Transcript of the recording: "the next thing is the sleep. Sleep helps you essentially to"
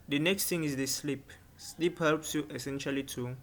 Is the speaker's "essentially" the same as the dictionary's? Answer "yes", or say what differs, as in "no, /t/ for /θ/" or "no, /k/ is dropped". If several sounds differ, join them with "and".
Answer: yes